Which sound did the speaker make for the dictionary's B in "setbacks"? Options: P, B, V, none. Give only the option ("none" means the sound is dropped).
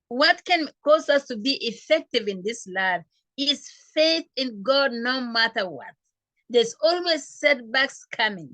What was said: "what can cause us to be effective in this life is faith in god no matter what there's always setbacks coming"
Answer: B